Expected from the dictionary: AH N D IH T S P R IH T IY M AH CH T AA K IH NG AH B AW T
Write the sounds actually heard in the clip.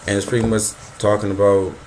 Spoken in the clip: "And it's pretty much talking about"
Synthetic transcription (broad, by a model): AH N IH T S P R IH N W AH S T AA K IH NG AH B AW T